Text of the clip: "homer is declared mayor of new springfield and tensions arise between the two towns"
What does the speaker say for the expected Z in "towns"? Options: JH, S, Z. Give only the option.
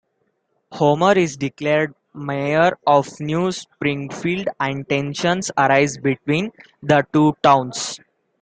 S